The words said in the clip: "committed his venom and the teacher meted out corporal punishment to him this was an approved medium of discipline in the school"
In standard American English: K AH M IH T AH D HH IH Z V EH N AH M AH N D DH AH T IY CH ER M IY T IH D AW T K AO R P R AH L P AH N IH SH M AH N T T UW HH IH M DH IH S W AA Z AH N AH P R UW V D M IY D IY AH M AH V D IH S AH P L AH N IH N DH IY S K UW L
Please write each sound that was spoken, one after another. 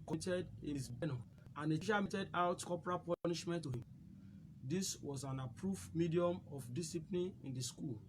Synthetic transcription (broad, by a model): K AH T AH D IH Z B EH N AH AH N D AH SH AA M IY T IH D AW T K AO P R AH P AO N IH SH M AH N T T UW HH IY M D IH S W AA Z AH N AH P R UW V M IY D IY AH M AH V D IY S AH P L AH N IH N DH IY S K UW L